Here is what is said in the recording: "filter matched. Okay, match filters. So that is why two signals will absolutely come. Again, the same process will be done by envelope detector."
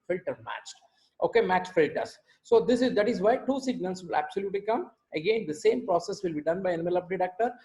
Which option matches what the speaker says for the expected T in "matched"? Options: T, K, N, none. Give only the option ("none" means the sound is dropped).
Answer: T